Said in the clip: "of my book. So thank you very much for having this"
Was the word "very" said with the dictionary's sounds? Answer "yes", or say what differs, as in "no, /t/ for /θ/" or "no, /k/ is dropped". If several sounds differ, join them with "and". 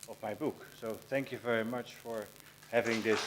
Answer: yes